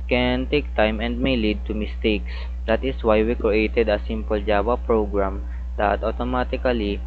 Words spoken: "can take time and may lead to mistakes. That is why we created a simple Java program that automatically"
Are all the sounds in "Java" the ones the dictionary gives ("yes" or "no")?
no